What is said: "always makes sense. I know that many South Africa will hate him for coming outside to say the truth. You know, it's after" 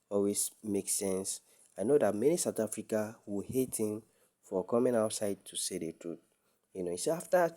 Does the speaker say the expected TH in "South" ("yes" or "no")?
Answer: no